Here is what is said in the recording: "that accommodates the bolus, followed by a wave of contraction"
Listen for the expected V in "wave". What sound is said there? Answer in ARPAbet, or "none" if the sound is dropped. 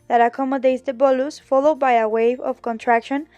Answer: V